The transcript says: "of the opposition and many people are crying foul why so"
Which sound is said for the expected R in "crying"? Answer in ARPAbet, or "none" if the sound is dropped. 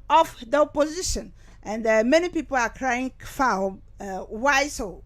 R